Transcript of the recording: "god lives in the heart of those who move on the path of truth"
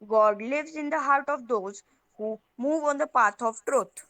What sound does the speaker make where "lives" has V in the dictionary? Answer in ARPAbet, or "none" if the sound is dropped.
V